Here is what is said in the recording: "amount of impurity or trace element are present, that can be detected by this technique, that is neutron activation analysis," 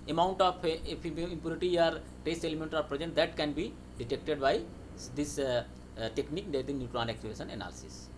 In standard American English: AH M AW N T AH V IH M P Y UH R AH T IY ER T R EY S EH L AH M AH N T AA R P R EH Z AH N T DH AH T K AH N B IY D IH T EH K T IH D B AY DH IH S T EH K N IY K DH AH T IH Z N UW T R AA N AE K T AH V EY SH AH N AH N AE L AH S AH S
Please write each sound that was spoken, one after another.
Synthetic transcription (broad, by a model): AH M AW N T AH P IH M P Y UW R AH T IY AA T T EY S EH L AH M AH N T AA R P R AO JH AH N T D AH T K AH N B IY D IH T EH K T IH D B AY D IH S T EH K N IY K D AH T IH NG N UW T R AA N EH K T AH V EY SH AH N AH N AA L S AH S